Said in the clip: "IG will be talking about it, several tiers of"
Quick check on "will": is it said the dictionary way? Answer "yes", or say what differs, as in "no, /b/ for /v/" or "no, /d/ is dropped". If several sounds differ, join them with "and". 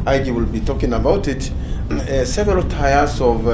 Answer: yes